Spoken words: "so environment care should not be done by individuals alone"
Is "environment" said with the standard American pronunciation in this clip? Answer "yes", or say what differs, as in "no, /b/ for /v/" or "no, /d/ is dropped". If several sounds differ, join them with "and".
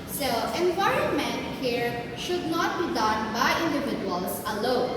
no, /ɹ/ is dropped